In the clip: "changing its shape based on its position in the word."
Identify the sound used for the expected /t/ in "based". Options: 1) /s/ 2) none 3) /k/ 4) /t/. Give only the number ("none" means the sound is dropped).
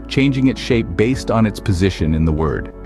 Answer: 4